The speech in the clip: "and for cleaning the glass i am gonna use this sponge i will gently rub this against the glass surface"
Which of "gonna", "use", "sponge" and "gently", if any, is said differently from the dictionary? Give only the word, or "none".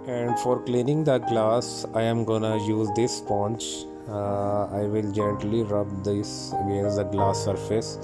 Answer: sponge